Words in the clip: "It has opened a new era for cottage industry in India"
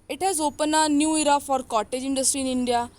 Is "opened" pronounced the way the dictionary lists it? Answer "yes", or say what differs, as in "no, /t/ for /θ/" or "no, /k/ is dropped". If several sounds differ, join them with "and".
no, /d/ is dropped